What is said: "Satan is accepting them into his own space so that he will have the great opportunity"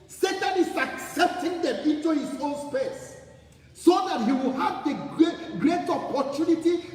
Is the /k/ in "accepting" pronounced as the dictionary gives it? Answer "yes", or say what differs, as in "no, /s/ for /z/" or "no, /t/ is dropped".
yes